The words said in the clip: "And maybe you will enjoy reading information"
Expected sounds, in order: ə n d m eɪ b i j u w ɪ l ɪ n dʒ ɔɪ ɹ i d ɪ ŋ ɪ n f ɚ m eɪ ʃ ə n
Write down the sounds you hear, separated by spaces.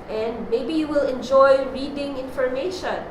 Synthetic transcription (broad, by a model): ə n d m eɪ b i j u w ɪ l ɪ n dʒ ɔɪ ɹ i d ɪ ŋ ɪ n f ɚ m eɪ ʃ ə n